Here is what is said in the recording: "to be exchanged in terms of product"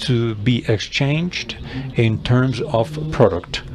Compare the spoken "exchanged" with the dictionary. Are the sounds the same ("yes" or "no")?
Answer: yes